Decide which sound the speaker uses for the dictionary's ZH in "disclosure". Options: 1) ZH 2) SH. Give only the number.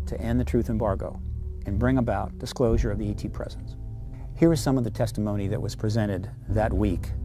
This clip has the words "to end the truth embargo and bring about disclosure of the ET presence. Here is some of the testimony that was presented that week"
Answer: 1